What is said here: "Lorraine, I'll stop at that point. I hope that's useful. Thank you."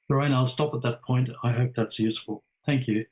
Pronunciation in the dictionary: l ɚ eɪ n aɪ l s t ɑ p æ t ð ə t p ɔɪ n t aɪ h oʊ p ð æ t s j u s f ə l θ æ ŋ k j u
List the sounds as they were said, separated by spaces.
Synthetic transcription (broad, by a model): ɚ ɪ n aɪ l s t ɑ p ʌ t ð ə t p ɔɪ n t aɪ h oʊ p ð æ t s j u s f ə l θ æ ŋ k j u